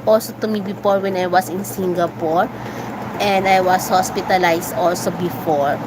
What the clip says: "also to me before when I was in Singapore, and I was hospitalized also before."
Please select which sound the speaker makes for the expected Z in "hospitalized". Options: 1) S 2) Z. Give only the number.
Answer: 1